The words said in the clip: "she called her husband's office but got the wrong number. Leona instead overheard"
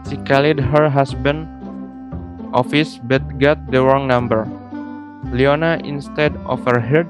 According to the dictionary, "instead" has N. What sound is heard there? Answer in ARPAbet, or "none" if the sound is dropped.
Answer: N